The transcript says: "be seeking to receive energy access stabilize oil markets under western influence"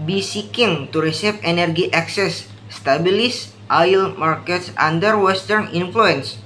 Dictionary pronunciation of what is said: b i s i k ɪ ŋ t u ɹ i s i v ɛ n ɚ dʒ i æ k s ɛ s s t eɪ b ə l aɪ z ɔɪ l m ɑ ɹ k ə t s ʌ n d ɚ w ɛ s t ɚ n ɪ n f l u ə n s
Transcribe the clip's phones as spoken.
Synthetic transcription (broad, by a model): b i s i k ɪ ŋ t u ɹ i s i f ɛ n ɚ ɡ i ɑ k s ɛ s s t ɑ b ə l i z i l m ɑ ɹ k ə t s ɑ n d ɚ w ɛ s t ɚ n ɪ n f l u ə n s